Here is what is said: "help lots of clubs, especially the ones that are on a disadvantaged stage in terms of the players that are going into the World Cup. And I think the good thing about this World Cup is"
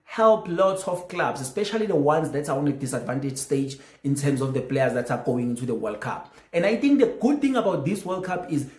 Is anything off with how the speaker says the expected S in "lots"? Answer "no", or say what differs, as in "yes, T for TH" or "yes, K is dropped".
no